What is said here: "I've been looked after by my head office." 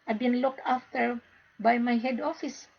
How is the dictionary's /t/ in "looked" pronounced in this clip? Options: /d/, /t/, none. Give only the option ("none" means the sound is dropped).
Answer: /t/